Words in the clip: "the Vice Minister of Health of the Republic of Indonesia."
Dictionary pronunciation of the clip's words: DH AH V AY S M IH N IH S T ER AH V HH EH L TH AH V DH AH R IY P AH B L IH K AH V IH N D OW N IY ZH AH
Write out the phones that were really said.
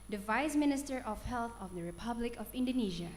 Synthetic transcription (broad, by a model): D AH V AY S M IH N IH S T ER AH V HH EH L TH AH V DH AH R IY P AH B L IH K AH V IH N D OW N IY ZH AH